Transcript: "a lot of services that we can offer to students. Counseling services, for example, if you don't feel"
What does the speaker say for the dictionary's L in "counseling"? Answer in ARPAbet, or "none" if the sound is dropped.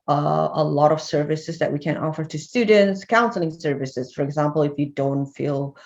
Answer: L